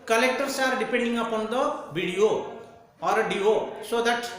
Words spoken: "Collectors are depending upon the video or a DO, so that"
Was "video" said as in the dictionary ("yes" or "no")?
no